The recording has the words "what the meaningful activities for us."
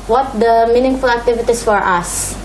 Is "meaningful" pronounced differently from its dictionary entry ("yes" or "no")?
no